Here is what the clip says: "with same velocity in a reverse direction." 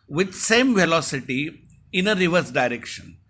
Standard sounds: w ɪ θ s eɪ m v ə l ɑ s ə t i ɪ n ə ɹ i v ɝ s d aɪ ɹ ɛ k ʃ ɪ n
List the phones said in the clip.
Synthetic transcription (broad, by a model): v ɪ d s eɪ m v ə l ɑ s ə t i ɪ n ə ɹ i v ɝ s d aɪ ɹ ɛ k ʃ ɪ n